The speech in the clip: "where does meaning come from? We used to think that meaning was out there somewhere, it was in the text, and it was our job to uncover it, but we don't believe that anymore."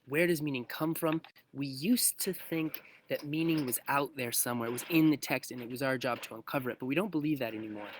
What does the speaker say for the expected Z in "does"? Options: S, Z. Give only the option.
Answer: Z